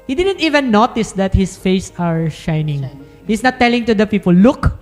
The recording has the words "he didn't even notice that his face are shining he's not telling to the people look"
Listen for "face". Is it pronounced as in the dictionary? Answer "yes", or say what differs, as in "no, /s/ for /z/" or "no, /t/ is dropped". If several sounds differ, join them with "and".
yes